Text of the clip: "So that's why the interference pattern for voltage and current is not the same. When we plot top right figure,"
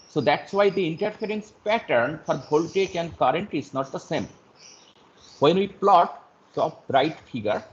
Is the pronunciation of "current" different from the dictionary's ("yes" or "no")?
no